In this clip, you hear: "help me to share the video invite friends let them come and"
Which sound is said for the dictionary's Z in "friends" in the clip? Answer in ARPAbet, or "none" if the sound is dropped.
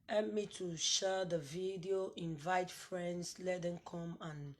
S